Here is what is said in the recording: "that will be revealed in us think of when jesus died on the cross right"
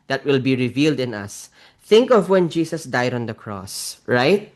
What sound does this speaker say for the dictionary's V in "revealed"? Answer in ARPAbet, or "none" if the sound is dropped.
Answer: V